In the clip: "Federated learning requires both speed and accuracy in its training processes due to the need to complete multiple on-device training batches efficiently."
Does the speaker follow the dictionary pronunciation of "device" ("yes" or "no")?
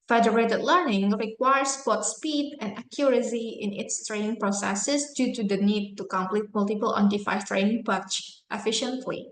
no